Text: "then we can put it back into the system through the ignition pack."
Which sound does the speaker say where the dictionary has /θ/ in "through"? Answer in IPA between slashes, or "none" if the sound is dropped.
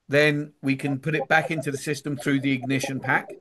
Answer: /θ/